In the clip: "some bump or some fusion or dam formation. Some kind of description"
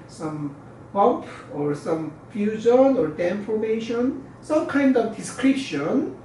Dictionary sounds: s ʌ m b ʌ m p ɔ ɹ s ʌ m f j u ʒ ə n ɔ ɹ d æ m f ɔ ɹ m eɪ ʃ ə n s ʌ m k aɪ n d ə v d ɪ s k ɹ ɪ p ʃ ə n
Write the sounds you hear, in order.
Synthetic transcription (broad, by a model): s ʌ m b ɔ p ɔ ɹ s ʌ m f j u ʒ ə n ɔ ɹ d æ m f ɔ ɹ m eɪ ʃ ə n s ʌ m k aɪ n d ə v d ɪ s k ɹ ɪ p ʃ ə n